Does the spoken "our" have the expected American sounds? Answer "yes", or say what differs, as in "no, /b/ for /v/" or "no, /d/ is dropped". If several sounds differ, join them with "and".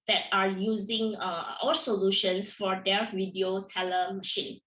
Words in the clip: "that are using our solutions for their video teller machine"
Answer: no, /l/ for /ɹ/